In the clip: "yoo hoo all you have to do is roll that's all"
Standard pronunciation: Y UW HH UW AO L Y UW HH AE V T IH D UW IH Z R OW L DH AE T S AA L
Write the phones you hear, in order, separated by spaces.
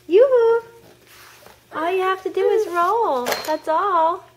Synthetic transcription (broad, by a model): Y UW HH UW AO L Y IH HH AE F T IH D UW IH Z R OW L DH AE T S AA L